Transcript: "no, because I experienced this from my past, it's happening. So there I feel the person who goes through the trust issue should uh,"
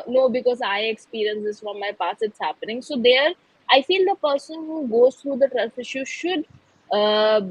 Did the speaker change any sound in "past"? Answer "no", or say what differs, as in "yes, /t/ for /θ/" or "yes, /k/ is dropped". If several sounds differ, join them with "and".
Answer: yes, /t/ is dropped